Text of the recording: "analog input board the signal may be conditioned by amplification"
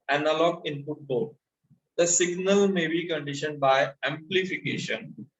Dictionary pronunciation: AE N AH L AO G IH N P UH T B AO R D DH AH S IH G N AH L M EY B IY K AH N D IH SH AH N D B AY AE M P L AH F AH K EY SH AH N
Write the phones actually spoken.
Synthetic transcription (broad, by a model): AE N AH L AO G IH N F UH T B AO L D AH S IH G N AH L M EY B IY K AH N D IH SH AH N D B AY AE M P L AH F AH K EY SH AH N